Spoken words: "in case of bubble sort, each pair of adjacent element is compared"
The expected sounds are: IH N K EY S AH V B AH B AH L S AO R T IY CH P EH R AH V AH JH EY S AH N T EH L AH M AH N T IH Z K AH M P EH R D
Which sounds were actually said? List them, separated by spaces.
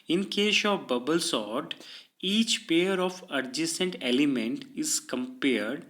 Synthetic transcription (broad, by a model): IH N K EY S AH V B AH B AH L S AO R T IY CH P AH R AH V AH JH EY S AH N T EH L AH M AH N T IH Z K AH M P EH R D